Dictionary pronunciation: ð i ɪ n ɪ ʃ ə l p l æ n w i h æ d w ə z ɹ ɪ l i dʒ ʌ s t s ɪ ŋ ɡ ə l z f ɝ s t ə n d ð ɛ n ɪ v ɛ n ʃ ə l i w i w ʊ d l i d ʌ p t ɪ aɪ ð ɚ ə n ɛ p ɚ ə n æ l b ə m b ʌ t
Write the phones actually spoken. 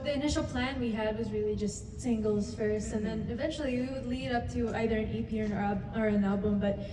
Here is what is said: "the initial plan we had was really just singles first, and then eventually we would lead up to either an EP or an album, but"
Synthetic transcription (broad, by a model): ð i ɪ n ɪ ʃ l p l æ n w i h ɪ d w ə z ɹ ɪ l i dʒ ʌ s t s ɪ ŋ ɡ l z f ɝ s t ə n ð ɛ n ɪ v ɛ n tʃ l i w i w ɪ d l i d ʌ p t ɪ aɪ ð ɚ ə n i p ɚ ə n æ l b ə m b ʌ t